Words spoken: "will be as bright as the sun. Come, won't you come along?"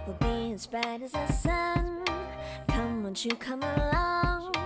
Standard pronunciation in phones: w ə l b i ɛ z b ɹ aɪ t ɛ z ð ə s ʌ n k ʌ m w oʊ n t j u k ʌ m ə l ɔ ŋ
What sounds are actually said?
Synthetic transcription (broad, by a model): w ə b i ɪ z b aɪ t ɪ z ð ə s ʌ n k ʌ m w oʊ n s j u k ʌ m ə l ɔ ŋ